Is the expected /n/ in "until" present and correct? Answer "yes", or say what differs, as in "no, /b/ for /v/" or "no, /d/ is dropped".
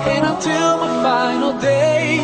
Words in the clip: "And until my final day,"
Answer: no, /n/ is dropped